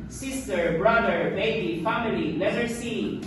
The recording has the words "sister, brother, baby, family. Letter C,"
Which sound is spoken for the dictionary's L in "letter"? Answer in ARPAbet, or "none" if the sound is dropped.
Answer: N